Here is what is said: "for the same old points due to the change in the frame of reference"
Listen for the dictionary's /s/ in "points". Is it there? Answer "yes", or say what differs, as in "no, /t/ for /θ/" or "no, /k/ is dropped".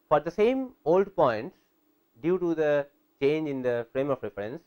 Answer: no, /s/ is dropped